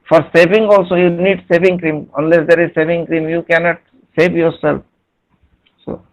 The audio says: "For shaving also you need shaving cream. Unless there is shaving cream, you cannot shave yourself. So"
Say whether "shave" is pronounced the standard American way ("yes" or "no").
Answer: no